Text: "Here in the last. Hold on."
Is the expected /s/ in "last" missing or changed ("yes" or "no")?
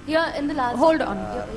yes